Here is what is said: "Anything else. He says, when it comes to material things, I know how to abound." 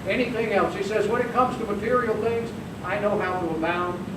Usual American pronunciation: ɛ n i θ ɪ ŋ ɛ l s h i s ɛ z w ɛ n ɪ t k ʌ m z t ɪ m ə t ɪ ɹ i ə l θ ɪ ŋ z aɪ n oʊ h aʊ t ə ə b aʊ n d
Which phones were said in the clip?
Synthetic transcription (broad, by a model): ɛ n i θ ɪ ŋ ɛ l s h i s ɛ z w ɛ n ɪ t k ʌ m z t ɪ m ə t ɪ ɹ i l θ ɪ ŋ z aɪ n oʊ h aʊ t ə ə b aʊ n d